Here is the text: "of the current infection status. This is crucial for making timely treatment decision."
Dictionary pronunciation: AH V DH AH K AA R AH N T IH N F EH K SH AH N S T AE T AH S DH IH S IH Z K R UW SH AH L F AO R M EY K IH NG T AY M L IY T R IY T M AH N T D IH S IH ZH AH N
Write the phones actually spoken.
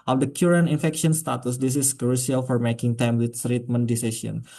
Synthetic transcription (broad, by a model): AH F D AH K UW R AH N IH N F EH K SH AH N S T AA T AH S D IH S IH S K R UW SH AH L F AO R M EY K IH NG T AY M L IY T R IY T M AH N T D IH S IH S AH N